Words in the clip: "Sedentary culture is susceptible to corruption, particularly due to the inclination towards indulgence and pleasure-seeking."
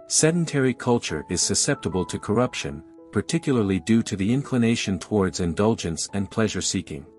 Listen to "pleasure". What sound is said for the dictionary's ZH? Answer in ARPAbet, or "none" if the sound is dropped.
ZH